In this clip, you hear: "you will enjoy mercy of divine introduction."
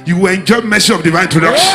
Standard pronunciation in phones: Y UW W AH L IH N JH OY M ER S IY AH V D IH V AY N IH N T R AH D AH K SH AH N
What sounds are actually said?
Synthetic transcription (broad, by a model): Y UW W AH N JH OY M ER S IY AH V D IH V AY IH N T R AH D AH K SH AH